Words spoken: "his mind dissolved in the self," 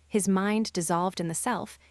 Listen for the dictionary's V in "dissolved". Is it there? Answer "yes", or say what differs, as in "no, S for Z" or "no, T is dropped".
yes